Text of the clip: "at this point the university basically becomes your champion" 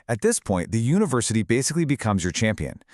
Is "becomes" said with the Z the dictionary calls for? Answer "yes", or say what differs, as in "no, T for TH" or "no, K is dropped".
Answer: yes